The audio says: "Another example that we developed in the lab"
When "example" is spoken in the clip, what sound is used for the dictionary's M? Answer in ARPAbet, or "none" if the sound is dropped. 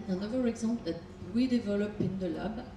none